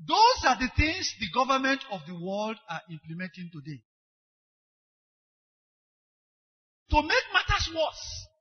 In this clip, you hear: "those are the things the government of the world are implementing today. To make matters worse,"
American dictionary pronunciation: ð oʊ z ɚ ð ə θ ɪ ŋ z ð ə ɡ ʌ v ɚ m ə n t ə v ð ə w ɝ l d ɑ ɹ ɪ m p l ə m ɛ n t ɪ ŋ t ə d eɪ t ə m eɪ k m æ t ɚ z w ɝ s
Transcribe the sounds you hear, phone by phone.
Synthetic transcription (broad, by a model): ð oʊ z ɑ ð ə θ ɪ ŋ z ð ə ɡ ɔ v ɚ m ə n t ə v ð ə w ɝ l d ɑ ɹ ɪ m p l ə m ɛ n t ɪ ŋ t ə d eɪ t ə m eɪ k m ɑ t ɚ s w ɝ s